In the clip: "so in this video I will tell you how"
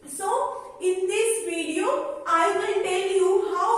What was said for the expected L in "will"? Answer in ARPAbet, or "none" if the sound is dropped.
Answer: N